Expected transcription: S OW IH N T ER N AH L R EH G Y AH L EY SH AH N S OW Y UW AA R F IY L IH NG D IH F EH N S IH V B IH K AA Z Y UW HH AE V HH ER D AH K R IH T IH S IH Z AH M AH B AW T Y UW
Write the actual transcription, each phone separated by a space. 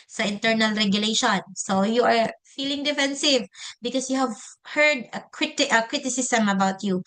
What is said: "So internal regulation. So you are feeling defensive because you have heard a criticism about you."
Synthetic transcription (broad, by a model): S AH IH N T ER N AH L R EH G Y AH L EY SH AH N S OW Y UW AA R F IY L IH NG D IH F EH N S IH V B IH K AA S Y UW HH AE V HH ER D AH K R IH T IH S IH S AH M AH B AW T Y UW